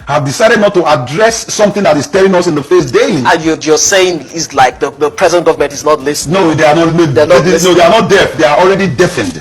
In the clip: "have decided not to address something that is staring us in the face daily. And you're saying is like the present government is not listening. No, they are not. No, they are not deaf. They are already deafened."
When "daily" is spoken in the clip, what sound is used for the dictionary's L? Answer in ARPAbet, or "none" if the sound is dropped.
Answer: N